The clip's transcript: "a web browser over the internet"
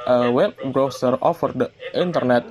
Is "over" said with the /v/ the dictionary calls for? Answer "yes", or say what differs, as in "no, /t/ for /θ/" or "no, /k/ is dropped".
no, /f/ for /v/